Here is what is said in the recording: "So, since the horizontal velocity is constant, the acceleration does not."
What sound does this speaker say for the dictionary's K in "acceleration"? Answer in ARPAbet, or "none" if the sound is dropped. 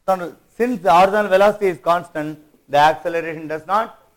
K